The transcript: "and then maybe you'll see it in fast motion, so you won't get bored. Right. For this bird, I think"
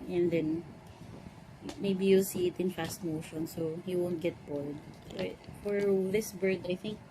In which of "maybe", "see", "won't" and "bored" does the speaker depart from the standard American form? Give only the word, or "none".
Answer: bored